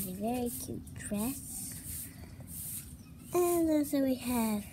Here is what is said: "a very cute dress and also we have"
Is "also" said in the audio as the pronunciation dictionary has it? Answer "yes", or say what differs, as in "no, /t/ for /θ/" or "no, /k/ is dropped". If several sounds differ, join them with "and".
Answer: no, /l/ is dropped